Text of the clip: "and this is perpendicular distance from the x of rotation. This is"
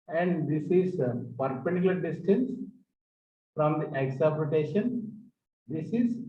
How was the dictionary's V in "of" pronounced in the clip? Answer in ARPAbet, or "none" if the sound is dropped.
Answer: P